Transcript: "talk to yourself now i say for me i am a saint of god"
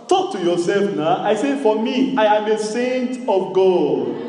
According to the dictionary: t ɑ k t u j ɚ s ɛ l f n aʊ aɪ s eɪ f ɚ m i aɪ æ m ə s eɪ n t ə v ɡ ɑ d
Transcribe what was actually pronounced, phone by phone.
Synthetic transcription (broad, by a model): t ɑ k t u j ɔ s ɛ l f n aʊ aɪ s eɪ f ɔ m i aɪ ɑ m ə s eɪ n t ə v ɡ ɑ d